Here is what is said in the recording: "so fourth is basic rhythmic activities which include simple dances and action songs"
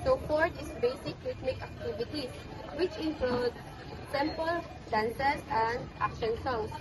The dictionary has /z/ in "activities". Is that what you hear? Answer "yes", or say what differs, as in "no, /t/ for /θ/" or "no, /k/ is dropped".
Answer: no, /z/ is dropped